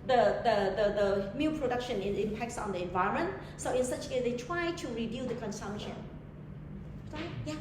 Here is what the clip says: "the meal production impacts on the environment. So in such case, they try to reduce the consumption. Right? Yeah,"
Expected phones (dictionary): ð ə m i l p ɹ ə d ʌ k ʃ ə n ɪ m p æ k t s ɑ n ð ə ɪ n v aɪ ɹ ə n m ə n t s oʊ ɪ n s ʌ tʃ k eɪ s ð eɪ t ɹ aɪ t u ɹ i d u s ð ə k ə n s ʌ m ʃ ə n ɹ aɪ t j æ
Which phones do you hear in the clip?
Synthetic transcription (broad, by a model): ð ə m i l p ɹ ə d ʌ k ʃ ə n ɪ m p æ k t s ɑ n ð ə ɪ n v aɪ ə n m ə n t s oʊ ɪ n s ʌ tʃ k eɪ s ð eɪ t ɹ aɪ t u ɹ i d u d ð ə k ə n s ʌ m ʃ ə n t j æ